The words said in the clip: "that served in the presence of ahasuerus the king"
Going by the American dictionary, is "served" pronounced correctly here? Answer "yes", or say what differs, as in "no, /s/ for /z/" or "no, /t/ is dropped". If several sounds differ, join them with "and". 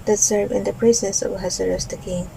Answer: no, /d/ is dropped